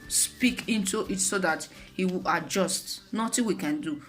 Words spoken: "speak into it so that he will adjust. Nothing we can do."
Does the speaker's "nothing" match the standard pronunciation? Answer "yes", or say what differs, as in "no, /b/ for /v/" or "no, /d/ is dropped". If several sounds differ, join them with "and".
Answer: no, /t/ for /θ/